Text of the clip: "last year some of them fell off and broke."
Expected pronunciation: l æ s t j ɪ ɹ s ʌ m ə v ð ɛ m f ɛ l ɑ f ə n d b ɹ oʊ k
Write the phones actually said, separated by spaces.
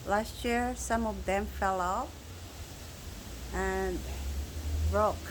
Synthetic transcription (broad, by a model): l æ s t j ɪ ɹ s ʌ m ə v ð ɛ m f ɛ l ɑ p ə n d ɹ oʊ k